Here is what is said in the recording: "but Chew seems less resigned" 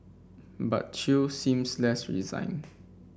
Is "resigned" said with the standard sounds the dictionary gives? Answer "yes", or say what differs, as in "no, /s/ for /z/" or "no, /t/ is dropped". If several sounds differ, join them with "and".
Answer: no, /d/ is dropped